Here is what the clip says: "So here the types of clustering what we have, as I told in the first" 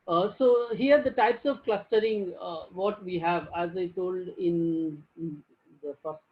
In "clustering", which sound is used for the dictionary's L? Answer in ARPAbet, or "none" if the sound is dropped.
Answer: L